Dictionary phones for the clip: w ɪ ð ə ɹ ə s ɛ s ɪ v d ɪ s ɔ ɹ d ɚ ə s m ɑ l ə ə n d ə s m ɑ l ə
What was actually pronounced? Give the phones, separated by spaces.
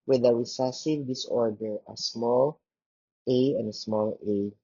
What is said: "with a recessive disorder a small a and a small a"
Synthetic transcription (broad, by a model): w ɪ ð ə w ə s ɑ s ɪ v d ɪ s ɔ ɹ d ɚ ə s m ɑ l ə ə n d ə s m ɑ l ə